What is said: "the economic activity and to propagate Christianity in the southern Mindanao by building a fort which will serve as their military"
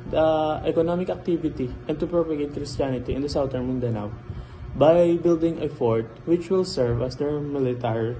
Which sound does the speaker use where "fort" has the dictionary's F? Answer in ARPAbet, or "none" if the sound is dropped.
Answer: F